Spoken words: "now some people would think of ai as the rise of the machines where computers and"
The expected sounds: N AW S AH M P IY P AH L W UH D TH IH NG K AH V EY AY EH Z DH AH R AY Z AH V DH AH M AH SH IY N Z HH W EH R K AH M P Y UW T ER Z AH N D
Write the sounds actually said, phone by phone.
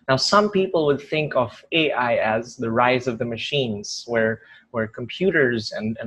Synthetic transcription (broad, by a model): N AW S AH M P IY P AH L W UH D TH IH NG K AH V EY AY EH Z DH AH R AY Z AH V DH AH M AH SH IY N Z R W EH R K AH M P Y UW T ER Z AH N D